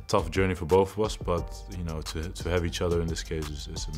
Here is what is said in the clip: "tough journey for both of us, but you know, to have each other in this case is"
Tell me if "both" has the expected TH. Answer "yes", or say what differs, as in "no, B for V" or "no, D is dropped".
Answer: yes